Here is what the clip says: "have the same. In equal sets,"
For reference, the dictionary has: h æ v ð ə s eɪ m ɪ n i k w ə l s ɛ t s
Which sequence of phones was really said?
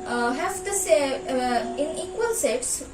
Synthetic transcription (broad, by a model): h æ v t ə s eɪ ɪ n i k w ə l s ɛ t s